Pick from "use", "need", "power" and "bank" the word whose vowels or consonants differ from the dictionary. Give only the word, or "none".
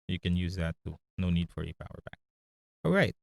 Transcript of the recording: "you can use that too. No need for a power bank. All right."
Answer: bank